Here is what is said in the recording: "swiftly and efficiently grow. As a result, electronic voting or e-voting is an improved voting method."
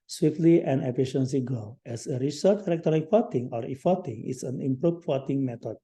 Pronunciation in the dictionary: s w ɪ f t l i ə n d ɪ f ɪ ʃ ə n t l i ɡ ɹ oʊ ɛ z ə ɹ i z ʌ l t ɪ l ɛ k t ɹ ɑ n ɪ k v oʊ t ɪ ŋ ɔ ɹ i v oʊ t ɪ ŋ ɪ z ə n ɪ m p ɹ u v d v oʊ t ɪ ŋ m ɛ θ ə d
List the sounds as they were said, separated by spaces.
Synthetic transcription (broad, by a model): s w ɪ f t l i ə n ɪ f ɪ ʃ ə n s i ɡ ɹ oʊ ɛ s ə ɹ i s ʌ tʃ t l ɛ k t ɑ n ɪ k f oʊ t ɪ ŋ ɔ ɹ i f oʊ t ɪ ŋ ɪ s ə n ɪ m p ɹ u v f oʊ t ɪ ŋ m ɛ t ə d